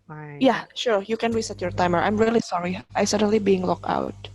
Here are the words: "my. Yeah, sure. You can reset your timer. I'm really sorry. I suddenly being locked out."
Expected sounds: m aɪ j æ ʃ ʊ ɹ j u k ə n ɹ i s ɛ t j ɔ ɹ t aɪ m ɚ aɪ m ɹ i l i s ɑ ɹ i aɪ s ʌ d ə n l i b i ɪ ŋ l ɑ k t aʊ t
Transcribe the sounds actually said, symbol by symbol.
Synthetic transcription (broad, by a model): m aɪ j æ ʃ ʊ ɹ j u k ə n ɹ i s ɛ t j ɔ ɹ t aɪ m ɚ aɪ m ɹ i l i s ɑ ɹ i aɪ s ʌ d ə n l i b i ɪ ŋ l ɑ k aʊ t